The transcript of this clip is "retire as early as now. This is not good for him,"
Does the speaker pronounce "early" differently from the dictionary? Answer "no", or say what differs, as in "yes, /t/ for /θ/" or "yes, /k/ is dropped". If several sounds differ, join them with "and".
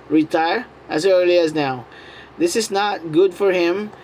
yes, /l/ is dropped